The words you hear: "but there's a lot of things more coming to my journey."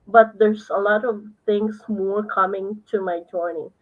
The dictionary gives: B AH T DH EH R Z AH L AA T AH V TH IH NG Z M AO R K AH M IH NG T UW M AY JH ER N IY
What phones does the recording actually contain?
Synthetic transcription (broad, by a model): B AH T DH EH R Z AH L AA T AH V T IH NG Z M AO R K AH M IH NG T UW M AY JH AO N IY